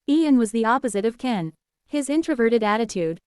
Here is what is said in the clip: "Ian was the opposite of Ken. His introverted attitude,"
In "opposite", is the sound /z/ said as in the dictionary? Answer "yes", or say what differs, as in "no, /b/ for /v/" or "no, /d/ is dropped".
yes